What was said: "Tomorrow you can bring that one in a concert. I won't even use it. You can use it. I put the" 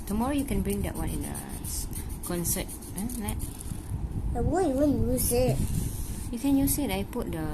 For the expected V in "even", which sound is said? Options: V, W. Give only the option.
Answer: W